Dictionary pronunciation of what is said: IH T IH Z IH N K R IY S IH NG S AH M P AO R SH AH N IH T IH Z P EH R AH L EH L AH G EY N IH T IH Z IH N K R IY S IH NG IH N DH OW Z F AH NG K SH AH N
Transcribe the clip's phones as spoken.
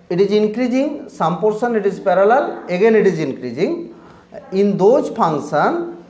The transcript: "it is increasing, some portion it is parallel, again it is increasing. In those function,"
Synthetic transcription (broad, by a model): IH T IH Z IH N K R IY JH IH NG S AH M P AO R S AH N IH T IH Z P EH R AH L EH L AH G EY N IH T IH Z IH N K R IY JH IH NG IH N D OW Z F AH NG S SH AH N